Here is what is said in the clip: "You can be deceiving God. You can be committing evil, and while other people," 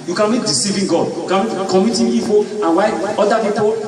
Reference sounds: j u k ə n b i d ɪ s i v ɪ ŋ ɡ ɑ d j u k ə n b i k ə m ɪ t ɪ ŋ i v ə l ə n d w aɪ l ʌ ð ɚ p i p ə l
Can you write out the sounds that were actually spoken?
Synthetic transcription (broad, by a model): j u k ə n b i d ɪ s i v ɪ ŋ ɡ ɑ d j u k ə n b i k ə m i t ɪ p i p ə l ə n w aɪ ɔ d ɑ p i p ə